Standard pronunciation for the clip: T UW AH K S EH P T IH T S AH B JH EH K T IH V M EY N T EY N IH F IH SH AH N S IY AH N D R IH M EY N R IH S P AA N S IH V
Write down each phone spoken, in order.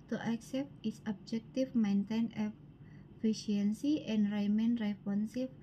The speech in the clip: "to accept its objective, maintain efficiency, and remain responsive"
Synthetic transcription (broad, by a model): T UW AH K S EH P T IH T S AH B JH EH K T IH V M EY N T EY N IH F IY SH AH N S IY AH N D R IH M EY N R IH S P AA N S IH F